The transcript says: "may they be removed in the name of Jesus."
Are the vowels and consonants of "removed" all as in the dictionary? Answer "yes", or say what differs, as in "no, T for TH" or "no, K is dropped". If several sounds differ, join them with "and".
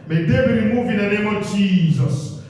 no, D is dropped